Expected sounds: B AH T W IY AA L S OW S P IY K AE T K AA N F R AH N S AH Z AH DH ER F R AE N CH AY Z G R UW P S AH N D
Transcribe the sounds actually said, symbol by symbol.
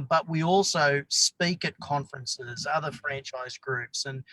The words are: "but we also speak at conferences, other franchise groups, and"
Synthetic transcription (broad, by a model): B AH T W IY AA L S OW S P IY K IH T K AA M F R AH N S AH Z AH DH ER F R AE N CH AY Z G R UW P S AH N